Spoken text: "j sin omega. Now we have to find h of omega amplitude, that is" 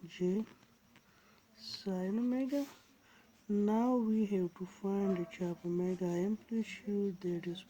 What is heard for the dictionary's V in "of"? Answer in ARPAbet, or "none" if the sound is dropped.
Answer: P